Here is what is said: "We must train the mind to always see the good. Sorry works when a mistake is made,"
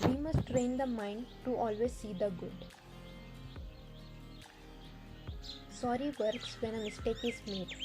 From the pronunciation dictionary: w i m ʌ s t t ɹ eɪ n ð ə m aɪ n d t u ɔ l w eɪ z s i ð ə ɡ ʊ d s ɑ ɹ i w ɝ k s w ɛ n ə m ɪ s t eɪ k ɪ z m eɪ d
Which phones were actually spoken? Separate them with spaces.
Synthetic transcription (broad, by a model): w i m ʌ s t t ɹ eɪ n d ə m aɪ n d t u ɔ l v eɪ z s i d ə ɡ ʊ d s ɑ ɹ i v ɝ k s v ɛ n ə m ɪ s t eɪ k ɪ z m eɪ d